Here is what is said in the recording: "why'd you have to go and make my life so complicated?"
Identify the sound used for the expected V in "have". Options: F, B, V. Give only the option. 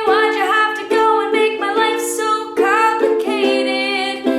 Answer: F